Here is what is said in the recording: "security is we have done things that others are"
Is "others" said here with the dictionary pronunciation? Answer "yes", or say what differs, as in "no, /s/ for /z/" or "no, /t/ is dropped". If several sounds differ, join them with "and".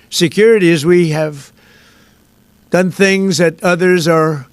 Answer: yes